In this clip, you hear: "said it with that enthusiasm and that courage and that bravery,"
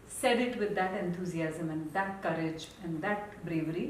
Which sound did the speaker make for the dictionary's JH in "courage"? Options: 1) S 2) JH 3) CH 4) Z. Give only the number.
2